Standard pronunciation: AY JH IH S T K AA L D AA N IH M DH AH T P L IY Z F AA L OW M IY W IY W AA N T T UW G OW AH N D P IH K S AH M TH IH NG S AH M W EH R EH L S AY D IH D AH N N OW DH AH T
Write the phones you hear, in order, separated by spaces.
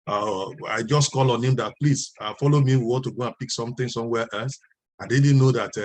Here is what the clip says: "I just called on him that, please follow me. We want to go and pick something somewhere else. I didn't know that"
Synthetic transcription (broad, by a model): AY JH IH S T K AA L AA N IH M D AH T P L IY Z F AA L OW M IY W IY W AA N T T UW G OW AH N P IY K S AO M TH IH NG S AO M W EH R EH L S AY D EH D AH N N OW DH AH T